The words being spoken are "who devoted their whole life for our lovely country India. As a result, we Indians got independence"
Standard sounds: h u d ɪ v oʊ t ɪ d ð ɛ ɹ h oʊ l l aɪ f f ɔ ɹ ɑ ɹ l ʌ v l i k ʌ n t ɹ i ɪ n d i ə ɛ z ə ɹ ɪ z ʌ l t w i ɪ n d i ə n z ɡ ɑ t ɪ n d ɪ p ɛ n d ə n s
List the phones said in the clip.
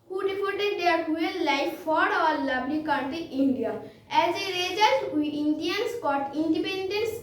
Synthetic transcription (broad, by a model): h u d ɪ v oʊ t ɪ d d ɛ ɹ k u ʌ l aɪ f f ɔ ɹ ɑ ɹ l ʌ b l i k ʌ t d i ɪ n d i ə ɛ z ə ɹ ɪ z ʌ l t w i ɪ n d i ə n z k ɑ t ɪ n d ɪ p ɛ n d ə n s